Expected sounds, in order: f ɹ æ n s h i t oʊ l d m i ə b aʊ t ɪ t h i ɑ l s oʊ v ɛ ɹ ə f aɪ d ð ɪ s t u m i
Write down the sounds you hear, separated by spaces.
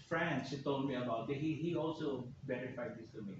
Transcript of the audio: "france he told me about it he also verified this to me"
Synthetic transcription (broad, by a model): f ɹ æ n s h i t oʊ l d m i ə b aʊ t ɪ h h i ɑ l s oʊ b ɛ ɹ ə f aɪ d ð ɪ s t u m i